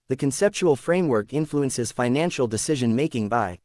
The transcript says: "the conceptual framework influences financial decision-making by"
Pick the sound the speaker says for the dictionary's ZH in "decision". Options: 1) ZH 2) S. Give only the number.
1